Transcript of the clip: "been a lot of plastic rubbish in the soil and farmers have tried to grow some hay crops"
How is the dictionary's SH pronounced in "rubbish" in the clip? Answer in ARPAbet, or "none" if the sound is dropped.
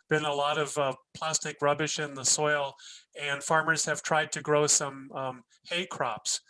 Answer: SH